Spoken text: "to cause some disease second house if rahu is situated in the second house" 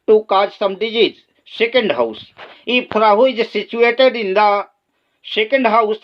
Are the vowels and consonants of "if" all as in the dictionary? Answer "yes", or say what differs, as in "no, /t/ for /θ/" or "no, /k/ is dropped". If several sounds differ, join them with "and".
no, /p/ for /f/